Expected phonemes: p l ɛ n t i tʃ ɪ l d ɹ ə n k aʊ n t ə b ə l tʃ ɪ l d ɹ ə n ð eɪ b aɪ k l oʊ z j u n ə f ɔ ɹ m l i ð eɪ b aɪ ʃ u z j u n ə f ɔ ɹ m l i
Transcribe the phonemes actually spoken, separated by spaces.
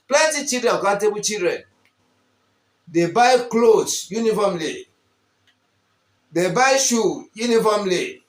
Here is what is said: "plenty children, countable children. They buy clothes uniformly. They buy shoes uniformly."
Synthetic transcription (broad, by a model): p l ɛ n t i tʃ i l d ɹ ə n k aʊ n t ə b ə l tʃ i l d ɹ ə n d eɪ b aɪ k l oʊ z j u n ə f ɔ m l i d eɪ b aɪ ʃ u j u n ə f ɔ m l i